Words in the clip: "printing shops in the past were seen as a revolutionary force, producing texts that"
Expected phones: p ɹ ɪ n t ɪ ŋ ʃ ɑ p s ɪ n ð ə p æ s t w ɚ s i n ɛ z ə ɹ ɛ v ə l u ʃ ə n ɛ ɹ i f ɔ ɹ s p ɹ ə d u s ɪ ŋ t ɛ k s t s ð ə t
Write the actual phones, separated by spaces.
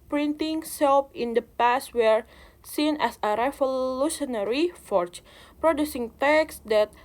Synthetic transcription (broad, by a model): p ɹ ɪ n t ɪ ŋ s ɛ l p ɪ n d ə p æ s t w ɚ s i n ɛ s ə ɹ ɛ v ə l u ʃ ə n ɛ ɹ i f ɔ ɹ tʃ p ɹ ə d u s ɪ ŋ t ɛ k s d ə t